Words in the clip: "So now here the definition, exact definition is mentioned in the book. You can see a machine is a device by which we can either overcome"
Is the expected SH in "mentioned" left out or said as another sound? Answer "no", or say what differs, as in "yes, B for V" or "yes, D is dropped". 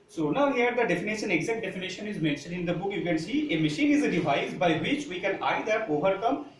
no